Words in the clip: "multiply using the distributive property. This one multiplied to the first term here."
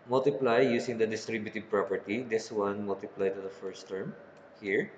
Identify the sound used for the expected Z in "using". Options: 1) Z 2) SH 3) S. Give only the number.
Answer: 3